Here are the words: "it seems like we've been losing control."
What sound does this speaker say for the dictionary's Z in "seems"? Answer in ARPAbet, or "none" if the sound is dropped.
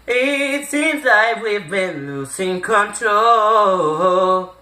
Z